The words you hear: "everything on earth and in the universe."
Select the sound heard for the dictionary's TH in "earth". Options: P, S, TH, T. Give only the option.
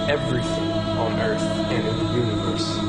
TH